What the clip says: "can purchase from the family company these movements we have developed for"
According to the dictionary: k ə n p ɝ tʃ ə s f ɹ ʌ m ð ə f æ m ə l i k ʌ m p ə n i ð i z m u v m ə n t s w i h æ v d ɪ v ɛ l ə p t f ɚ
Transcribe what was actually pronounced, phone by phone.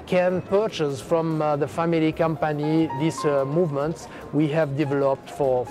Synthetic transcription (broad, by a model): k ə n p ɝ tʃ ə s f ɹ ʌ m ð ə f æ m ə l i k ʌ m p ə n i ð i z m u v m ə n t s w i h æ v d ɪ v ɛ l ə p t f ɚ